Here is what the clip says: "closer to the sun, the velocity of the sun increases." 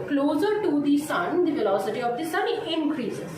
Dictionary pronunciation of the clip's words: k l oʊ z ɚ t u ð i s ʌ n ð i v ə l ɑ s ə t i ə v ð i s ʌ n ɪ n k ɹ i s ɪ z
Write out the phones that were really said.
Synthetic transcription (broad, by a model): k l oʊ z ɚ t u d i s ʌ n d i f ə l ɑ s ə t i ə v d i s ʌ n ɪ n k ɹ i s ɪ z